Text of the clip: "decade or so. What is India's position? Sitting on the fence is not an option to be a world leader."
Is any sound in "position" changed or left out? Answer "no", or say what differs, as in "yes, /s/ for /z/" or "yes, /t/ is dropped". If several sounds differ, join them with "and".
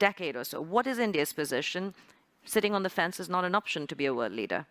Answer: no